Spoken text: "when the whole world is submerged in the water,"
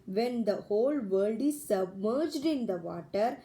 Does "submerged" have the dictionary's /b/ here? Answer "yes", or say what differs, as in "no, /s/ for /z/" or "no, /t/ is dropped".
yes